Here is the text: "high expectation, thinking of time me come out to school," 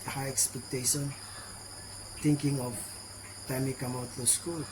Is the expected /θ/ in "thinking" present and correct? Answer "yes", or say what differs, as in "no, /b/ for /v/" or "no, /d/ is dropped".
no, /t/ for /θ/